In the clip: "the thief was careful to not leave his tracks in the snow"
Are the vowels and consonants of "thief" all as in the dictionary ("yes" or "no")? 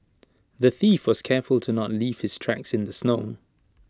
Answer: yes